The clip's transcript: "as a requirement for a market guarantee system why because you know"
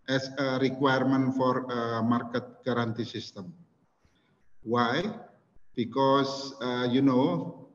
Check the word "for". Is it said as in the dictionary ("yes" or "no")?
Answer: yes